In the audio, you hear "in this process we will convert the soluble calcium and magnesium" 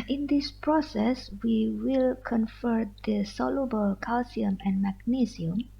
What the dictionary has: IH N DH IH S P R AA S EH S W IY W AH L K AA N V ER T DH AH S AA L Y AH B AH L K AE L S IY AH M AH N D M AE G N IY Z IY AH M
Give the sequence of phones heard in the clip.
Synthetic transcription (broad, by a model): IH N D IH S P R AA S EH S W IY W AH L K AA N F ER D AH S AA L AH B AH L K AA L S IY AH M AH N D M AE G N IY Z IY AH M